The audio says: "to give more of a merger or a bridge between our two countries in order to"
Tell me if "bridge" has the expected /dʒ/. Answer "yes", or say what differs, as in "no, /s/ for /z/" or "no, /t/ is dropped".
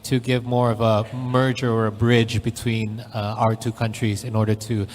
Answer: yes